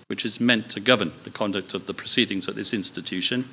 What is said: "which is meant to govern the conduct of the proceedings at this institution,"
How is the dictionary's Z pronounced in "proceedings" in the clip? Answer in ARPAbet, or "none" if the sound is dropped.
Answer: Z